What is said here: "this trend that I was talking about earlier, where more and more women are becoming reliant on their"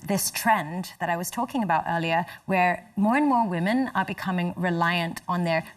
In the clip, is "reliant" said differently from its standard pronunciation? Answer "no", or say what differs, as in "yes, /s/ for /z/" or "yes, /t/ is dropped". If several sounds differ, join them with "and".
no